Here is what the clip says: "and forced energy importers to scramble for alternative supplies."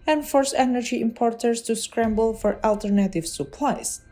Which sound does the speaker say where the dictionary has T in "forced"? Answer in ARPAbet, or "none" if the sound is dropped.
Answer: none